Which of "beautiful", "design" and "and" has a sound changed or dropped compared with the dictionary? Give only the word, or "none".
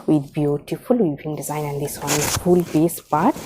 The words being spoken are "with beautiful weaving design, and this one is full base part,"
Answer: none